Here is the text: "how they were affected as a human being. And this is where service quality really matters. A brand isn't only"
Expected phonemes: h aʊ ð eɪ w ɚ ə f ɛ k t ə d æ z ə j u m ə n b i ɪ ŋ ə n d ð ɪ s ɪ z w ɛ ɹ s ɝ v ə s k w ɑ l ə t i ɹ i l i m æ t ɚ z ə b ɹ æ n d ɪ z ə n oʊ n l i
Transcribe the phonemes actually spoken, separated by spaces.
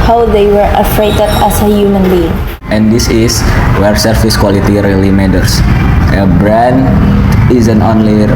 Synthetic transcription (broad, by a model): h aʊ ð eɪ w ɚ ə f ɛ t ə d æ s ə j u m ə n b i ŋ ə n d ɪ s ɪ s w ɛ ɹ s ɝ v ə s k w ɑ l ə t i ɹ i l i m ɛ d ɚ s ə b ɹ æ n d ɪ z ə n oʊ n l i